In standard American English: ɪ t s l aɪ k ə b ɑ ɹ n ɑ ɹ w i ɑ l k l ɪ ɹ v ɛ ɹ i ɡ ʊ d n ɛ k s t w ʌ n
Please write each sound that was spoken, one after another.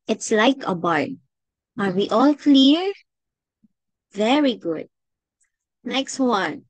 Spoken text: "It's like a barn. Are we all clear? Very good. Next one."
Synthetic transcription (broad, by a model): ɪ t s l aɪ k ə b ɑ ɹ ɑ ɹ w i ɑ l k l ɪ ɹ v ɛ ɹ i ɡ ʊ d n ɛ k s t w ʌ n